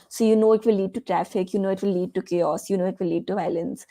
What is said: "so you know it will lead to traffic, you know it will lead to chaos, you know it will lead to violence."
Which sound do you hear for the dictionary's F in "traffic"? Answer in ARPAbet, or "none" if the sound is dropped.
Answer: F